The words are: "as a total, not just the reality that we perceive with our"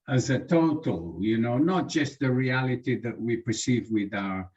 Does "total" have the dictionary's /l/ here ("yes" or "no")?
no